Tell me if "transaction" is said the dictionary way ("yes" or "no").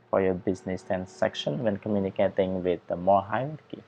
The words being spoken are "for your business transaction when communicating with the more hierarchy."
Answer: no